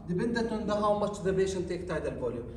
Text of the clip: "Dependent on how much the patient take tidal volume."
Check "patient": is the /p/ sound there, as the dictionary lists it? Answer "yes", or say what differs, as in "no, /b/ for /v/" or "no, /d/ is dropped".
no, /b/ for /p/